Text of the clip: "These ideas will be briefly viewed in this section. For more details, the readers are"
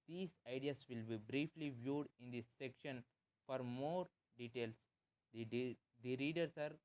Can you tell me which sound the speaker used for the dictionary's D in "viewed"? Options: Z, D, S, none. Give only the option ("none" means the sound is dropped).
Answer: D